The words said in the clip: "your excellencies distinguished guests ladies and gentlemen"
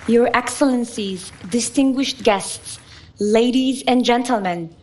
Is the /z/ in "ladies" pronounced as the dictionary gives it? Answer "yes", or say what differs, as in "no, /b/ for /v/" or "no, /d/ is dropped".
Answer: yes